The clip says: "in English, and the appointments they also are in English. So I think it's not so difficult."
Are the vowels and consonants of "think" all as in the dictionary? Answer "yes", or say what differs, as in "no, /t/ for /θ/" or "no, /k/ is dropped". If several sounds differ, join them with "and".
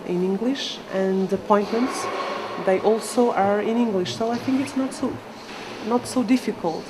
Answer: yes